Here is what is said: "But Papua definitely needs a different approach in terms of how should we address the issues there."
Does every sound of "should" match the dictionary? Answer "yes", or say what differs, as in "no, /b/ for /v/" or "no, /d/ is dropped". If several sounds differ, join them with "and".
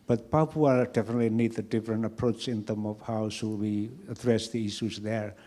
no, /s/ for /ʃ/